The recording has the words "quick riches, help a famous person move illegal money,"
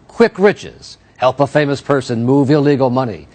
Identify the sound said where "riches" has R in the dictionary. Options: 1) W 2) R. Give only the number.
2